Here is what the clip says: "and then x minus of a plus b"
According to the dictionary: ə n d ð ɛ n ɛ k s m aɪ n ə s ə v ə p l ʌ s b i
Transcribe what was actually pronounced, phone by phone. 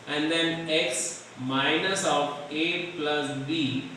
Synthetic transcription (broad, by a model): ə n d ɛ n ɛ k s m aɪ n ə s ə p ə p l ʌ s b i